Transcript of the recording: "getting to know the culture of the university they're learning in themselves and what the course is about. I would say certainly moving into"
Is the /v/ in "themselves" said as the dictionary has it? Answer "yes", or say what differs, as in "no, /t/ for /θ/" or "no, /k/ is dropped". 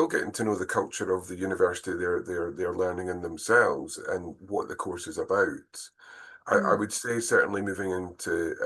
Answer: yes